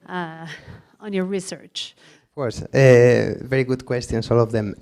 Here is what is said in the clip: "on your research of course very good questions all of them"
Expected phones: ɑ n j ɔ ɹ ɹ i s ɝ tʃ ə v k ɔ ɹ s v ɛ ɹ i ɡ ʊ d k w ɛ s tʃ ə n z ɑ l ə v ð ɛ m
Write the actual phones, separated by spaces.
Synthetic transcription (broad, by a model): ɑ n j ɔ ɹ ɹ i s ɝ tʃ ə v k ɔ ɹ s v ɛ ɹ i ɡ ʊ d k w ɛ s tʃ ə n s ɑ l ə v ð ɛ m